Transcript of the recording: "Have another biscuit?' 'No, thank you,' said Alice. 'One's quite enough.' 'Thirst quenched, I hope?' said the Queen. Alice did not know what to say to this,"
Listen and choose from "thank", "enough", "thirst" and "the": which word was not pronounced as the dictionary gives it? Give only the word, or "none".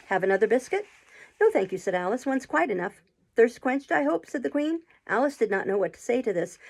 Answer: none